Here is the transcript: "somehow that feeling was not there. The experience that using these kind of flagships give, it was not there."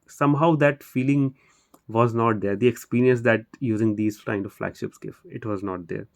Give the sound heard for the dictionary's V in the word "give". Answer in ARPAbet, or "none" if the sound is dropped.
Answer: F